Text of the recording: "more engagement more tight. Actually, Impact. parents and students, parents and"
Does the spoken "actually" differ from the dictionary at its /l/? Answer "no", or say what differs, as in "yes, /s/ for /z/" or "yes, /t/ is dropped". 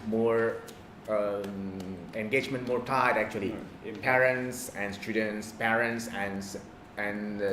yes, /l/ is dropped